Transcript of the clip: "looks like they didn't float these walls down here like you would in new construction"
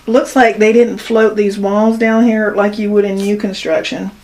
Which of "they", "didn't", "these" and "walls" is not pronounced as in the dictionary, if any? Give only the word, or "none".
none